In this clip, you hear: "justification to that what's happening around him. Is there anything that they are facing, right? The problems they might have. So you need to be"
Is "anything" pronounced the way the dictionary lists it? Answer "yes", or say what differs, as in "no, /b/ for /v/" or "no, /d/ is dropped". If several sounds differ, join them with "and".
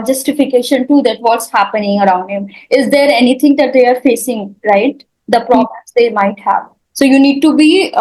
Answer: no, /t/ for /θ/